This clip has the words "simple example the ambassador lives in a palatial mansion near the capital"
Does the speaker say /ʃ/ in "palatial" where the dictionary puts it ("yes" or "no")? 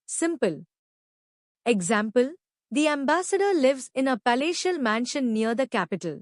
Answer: yes